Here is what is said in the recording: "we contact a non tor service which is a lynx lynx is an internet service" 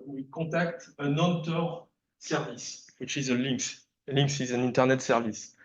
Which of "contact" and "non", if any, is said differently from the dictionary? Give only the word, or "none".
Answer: contact